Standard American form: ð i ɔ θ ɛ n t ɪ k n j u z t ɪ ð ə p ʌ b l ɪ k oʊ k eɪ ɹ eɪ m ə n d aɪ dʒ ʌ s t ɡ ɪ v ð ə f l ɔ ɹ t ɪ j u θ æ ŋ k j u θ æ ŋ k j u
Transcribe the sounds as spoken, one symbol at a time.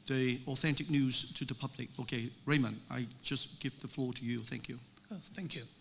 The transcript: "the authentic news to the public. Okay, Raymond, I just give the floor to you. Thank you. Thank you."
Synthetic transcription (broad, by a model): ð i ɔ θ ɛ n t ɪ k n j u z t ɪ ð ə p ʌ b l ɪ k oʊ k eɪ ɹ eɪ m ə n aɪ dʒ ʌ s ɡ ɪ v ð ə f l ɔ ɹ t ɪ j u θ æ ŋ k j u θ æ ŋ k j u